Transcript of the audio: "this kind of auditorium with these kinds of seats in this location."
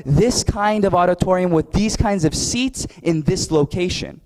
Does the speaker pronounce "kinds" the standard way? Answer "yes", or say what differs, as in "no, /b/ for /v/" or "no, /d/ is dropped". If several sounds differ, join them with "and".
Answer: yes